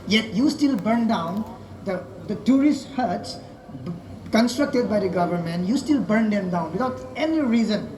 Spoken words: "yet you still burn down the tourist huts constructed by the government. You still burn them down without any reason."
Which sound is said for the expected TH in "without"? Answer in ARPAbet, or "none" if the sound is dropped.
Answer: T